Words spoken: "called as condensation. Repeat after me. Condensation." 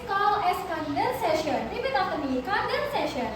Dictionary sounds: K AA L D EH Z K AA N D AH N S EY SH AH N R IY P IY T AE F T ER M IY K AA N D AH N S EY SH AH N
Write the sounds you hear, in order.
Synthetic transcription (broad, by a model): K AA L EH S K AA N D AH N S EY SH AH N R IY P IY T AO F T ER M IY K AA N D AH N S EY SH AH N